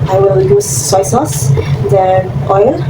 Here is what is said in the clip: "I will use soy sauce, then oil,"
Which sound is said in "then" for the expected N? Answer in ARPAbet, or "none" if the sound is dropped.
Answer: none